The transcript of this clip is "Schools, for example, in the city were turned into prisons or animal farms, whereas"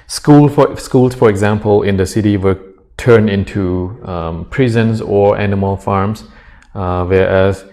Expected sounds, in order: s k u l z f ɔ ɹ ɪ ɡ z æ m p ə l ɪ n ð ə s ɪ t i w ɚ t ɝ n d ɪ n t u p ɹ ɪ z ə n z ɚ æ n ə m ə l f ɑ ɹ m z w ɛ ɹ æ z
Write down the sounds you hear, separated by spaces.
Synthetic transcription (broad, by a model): s k u l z f ɔ ɹ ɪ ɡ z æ m p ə l ɪ n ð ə s ɪ t i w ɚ t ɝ n ɪ n t u p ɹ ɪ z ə n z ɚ æ n ə m ə l f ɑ ɹ m s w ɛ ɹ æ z